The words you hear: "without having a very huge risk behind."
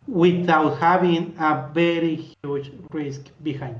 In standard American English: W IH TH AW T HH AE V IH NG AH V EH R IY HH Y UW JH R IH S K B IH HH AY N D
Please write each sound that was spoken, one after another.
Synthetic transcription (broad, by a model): W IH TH AW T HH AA B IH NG AH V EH R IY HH Y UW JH R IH S K B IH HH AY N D